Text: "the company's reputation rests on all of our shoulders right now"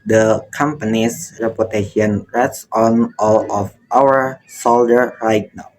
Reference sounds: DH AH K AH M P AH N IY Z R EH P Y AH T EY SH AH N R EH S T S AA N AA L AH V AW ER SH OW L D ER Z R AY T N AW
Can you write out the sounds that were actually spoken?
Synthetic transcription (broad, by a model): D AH K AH M P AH N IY S R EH P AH T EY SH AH N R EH T S AA N AA L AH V AW ER S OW L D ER R AY T N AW